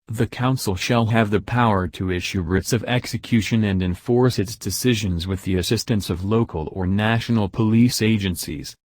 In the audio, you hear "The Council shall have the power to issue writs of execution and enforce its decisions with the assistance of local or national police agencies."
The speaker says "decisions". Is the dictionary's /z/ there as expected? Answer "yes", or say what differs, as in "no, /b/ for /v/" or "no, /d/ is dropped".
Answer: yes